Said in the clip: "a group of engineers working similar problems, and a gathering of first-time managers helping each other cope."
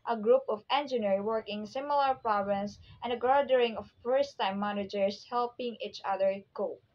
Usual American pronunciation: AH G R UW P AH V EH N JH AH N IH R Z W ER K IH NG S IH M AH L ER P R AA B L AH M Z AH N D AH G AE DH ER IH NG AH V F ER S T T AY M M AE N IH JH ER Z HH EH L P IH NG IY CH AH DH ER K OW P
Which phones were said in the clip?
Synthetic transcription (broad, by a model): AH G R UW P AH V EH N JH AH N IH R W ER K IH NG S IH M AH L ER P R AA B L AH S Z AH N D AH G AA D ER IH NG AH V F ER S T T AY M M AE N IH JH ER S HH EH L P IH NG IY CH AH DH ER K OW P